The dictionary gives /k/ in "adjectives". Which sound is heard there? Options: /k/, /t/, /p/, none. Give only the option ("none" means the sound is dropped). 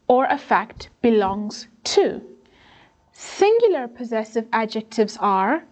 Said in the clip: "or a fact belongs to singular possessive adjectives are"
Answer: /k/